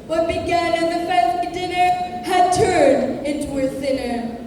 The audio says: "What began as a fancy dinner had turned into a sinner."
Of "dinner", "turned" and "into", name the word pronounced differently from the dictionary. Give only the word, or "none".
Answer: none